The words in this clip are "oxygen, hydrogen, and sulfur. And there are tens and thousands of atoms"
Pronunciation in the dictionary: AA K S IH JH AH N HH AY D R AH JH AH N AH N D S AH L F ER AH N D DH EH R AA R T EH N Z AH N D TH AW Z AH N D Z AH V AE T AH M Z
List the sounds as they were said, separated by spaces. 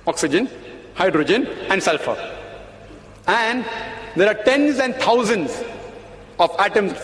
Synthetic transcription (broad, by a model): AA K S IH JH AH N HH AY D R AH JH AH N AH N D S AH L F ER AH N D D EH R AA R T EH N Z AH N D T AW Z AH N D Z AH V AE T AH M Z